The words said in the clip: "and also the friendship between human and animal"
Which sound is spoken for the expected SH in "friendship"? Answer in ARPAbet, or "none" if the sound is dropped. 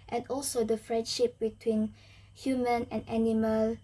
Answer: SH